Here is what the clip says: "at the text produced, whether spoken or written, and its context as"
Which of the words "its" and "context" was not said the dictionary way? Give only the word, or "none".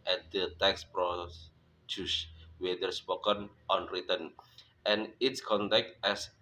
context